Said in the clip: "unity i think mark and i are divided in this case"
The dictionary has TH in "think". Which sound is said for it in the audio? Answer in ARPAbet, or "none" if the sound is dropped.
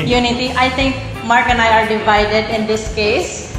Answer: T